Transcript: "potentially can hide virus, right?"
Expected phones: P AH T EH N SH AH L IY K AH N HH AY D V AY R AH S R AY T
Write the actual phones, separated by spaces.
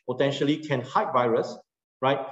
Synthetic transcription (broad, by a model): P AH T EH N SH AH L IY K AH N HH AY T V AY R AH S R AY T